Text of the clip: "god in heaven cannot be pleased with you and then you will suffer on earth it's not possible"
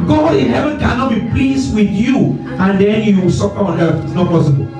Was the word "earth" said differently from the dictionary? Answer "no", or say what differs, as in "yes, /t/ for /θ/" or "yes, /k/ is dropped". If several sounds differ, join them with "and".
yes, /f/ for /θ/